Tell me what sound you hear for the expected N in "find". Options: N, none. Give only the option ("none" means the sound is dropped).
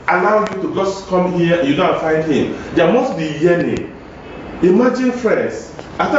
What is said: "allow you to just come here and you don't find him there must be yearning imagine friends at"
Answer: N